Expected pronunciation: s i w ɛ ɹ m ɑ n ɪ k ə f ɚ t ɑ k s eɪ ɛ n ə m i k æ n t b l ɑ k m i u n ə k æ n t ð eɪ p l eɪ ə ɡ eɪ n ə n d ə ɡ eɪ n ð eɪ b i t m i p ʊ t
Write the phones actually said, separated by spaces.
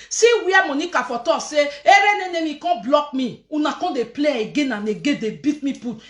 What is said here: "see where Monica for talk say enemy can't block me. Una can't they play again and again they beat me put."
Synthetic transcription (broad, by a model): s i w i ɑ m ɑ n ɪ k ə f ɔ t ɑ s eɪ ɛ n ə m i k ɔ b l ɑ k m i u n ə k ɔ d eɪ p l eɪ ə ɡ eɪ n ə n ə ɡ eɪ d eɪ b i t m i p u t